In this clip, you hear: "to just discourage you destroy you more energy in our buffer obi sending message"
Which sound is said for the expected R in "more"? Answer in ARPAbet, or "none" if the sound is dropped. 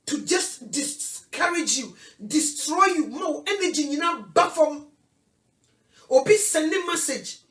W